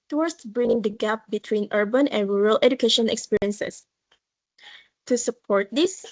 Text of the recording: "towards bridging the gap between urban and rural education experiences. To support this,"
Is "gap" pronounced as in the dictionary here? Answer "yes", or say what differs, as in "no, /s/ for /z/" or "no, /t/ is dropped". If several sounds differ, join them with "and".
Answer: yes